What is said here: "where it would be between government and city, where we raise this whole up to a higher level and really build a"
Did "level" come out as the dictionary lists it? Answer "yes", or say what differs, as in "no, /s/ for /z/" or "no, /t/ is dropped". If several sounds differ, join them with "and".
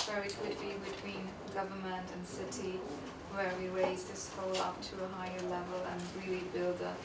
yes